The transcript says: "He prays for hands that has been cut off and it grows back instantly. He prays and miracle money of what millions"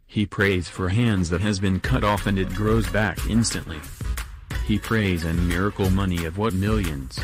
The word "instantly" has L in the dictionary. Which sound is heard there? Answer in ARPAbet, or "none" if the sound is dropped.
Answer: L